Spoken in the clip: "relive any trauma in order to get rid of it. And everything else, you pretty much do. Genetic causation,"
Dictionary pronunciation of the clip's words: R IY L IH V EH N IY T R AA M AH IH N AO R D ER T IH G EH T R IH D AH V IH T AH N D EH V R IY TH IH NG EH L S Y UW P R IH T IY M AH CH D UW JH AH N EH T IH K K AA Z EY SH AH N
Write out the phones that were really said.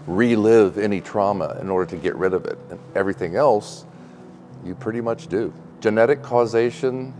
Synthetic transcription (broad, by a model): R IY L IH V EH N IY T R AA M AH IH N AO R D ER T IH G EH T R IH D AH V IH T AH N EH V R IY TH IH NG EH L S Y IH P R IH T IY M AH CH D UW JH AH N EH T IH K K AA Z EY SH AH N